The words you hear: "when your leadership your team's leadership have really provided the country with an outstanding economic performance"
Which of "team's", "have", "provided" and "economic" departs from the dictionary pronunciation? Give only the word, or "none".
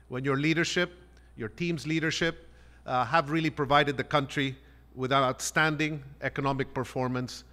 none